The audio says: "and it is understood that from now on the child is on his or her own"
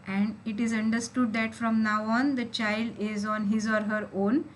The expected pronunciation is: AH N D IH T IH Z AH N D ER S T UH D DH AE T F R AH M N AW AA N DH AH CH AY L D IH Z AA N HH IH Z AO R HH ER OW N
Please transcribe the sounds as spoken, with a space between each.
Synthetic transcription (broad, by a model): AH N D IH T IH Z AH N D ER S T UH D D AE T F R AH M N AW AA N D AH CH AY L D IH Z AA N HH IH Z AO R HH ER OW N